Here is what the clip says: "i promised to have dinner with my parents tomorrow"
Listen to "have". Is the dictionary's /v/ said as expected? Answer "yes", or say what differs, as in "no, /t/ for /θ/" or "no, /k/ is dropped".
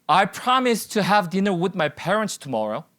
yes